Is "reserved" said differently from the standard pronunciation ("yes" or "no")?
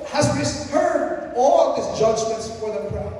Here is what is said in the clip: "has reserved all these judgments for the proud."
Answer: yes